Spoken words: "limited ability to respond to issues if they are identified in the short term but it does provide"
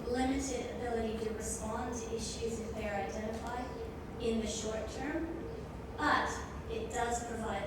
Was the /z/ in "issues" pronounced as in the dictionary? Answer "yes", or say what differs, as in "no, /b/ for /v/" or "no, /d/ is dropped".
yes